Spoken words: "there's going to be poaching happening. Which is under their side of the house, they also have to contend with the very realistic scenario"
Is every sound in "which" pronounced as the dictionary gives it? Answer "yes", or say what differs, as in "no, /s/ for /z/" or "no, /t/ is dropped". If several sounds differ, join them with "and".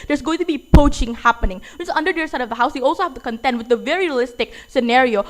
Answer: no, /s/ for /tʃ/